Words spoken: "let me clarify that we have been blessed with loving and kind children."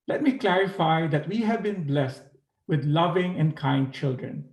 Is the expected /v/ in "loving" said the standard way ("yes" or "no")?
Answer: yes